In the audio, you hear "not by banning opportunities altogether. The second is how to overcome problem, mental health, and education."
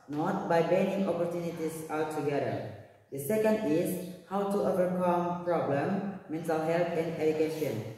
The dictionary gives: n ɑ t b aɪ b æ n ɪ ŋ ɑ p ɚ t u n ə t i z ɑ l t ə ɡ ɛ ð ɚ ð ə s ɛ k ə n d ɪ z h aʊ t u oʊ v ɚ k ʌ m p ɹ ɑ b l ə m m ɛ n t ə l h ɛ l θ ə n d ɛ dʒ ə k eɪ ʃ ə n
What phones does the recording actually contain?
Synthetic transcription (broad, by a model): n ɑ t b aɪ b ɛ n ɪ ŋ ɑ p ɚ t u n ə t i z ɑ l t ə ɡ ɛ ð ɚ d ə s ɛ k ə n d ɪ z h aʊ t u oʊ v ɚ k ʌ m p ɹ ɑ b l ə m m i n s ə h ɛ l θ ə n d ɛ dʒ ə k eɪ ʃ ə n